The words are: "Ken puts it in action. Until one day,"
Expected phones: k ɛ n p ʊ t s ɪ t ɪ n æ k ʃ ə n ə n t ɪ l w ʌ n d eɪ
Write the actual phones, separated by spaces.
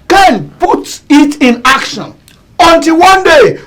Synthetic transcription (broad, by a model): k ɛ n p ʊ t ɪ t ɪ n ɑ k ʃ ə n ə n t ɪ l w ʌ n d eɪ